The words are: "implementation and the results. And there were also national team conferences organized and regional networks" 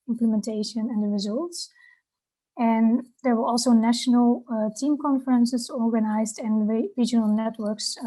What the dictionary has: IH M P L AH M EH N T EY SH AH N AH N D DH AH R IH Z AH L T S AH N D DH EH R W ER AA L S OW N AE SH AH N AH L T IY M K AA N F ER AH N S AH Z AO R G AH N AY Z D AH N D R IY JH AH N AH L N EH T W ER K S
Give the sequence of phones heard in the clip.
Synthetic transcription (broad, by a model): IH M P L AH M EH N T EY SH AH N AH N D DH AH R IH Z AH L T S AH N D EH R W ER AA L S OW N AE SH AH N AH L T IY M K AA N F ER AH N S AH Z AO R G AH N AY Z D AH N R IY JH AH N AH L N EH T W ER K S